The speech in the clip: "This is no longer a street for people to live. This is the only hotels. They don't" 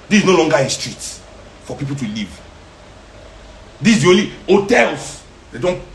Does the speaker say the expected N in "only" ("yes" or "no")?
no